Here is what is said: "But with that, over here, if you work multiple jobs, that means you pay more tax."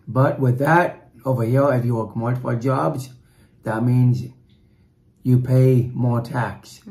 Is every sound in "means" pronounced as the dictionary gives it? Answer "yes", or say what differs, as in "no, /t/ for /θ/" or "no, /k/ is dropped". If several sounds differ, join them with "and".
yes